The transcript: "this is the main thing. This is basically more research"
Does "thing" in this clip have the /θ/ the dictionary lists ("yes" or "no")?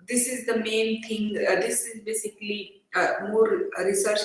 no